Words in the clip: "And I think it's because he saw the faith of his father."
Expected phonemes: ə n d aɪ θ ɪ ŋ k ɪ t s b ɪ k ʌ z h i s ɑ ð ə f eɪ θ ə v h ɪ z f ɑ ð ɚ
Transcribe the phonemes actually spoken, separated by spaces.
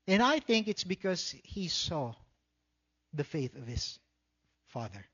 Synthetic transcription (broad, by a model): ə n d aɪ θ ɪ ŋ k ɪ t s b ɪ k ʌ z h i s ɑ ð ə f eɪ θ ə v h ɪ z f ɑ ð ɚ